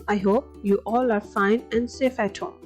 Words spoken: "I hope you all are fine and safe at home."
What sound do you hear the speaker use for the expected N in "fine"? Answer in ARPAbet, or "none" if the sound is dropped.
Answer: N